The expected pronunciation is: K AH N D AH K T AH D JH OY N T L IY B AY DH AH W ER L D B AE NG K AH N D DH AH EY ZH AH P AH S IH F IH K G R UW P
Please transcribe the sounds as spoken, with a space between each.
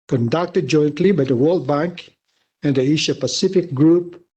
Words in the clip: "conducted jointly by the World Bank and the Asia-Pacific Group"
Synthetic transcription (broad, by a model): K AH N D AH K T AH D JH OY N T L IY B AY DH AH W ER L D B AE NG K AH N D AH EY SH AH P AH S IH F IH K G R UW P